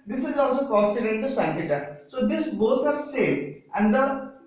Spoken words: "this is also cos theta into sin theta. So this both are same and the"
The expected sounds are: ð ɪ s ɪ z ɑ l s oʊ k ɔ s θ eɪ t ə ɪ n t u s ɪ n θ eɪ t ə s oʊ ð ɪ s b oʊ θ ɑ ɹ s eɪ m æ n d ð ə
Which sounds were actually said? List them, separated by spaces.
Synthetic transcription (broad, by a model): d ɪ s ɪ z ɑ l s oʊ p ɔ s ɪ t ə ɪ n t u s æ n t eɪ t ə s oʊ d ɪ s b oʊ t ɑ ɹ s eɪ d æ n d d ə